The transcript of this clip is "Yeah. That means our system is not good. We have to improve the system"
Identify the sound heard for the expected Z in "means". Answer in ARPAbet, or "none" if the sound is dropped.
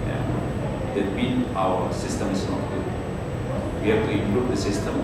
none